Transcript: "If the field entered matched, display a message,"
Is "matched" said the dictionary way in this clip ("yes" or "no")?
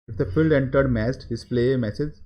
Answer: no